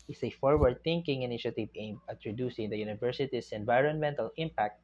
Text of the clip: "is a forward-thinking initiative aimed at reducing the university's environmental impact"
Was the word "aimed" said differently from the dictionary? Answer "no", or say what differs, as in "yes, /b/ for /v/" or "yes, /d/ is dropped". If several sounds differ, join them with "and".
yes, /d/ is dropped